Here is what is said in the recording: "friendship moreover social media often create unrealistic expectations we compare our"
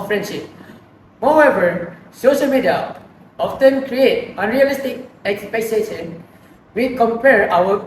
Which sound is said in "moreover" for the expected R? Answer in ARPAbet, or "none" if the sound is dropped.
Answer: W